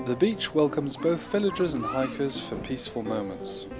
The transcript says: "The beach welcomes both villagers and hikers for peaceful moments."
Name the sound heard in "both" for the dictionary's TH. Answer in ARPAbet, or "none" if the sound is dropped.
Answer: TH